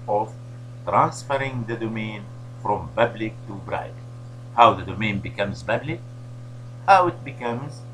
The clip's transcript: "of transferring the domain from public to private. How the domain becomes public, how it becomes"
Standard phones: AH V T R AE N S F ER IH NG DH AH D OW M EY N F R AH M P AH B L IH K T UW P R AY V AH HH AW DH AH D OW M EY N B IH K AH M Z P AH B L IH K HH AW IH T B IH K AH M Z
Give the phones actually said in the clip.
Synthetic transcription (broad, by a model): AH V T R AE N S F ER IH NG DH AH D OW M EY N F R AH M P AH B L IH K T UW B R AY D HH AW DH AH D OW M EY N B IH K AH M Z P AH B L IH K HH AW IH T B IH K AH M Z